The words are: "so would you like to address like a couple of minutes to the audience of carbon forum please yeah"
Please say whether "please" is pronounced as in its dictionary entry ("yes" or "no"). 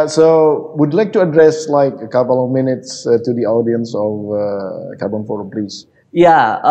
no